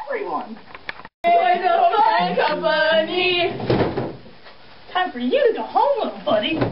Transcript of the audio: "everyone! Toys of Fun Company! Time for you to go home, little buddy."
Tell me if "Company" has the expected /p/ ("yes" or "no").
no